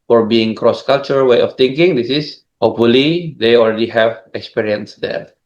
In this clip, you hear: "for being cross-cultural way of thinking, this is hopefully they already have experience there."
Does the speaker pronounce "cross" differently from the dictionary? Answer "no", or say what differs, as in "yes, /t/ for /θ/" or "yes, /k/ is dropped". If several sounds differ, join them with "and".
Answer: no